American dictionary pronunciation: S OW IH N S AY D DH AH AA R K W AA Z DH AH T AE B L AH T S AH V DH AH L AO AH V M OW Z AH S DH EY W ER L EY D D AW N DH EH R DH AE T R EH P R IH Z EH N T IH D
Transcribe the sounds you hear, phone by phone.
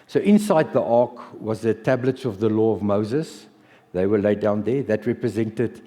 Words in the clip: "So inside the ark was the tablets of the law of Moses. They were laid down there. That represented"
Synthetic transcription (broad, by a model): S OW IH N S AY D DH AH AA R K W AA Z DH AH T AE B L AH T S AH V DH AH L AO AH V M OW Z AH S DH EY W ER L EY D D AW N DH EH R DH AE T R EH P R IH Z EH N T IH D